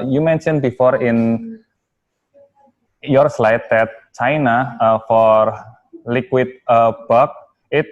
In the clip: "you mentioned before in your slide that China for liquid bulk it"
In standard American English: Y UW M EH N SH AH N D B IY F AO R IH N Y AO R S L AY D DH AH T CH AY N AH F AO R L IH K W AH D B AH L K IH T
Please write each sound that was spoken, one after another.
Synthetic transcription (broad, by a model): Y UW M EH N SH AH N B IY F AO R IH N Y AO R S L AY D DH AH T CH AY N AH F AO R L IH K W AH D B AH K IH T